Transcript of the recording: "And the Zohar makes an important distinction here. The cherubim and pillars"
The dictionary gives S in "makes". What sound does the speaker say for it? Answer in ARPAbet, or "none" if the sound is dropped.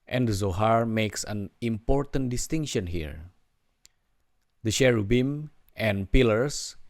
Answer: S